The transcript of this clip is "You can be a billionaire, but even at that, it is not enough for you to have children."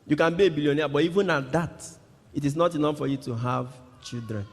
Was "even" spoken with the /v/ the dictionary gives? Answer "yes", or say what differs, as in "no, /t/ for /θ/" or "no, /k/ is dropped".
yes